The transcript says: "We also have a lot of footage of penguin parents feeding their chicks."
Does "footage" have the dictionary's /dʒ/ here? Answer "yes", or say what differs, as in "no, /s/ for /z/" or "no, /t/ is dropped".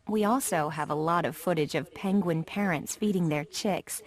yes